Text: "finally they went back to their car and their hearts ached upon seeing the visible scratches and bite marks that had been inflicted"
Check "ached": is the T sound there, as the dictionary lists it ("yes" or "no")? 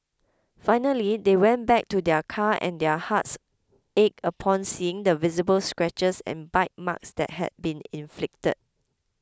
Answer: no